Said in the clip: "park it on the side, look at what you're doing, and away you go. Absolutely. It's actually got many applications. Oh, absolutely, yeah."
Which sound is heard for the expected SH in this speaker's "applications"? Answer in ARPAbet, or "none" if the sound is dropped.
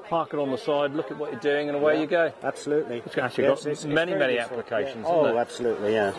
SH